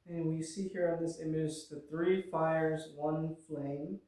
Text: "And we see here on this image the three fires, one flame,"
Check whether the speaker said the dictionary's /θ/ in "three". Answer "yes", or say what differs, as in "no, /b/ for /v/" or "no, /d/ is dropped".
yes